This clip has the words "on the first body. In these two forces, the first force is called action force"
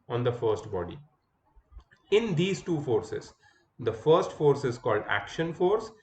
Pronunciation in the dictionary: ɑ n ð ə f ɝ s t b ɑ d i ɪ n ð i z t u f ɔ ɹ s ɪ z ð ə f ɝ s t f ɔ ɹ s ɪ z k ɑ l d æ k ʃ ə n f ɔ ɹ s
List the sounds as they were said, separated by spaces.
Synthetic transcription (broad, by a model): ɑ n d ə f ɝ s t b ɑ d i ɪ n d i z t u f ɔ ɹ s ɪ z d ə f ɝ s t f ɔ ɹ s ɪ z k ɑ l d æ k ʃ ə n f ɔ ɹ s